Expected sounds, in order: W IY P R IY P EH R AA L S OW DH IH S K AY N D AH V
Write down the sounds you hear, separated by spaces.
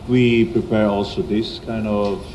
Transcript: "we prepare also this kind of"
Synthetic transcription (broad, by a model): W IY P R IY P EH R AA L S OW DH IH S K AY N D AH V